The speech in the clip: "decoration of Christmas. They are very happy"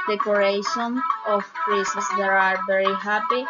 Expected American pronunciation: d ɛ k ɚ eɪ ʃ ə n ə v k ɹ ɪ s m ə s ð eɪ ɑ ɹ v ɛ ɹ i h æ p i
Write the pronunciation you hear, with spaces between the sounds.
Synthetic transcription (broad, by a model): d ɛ k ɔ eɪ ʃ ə n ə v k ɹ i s ə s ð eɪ ɑ ɹ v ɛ ɹ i h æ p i